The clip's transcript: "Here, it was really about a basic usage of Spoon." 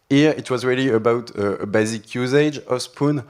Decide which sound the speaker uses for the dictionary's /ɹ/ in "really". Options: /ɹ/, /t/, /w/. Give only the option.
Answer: /ɹ/